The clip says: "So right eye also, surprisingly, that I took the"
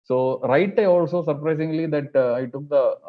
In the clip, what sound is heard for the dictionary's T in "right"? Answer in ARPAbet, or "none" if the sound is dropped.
T